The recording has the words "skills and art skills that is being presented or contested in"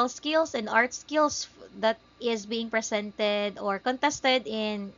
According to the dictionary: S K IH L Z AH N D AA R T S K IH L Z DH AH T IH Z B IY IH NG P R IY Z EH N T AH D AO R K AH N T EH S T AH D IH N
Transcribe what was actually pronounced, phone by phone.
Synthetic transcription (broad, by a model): S K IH L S AH N D AA R T S K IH L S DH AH T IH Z B IY IH NG P R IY S EH N T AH D AO R K AH N T EH S T AH D IH N